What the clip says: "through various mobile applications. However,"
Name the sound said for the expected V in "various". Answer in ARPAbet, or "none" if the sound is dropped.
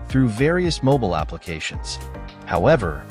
V